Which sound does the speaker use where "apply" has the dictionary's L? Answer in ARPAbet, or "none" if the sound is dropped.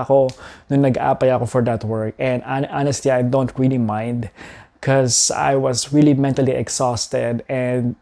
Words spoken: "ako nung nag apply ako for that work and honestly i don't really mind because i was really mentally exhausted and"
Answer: none